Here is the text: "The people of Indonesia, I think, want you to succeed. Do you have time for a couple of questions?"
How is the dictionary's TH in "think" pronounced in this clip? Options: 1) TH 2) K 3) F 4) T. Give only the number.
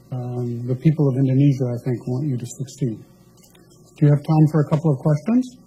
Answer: 1